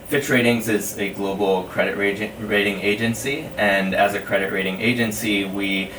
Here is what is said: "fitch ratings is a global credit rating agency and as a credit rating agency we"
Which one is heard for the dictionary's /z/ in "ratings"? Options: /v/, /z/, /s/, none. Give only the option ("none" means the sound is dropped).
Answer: /z/